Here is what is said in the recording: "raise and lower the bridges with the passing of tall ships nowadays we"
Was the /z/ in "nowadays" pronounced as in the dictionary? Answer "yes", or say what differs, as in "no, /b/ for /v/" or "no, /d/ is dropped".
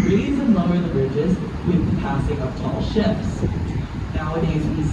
yes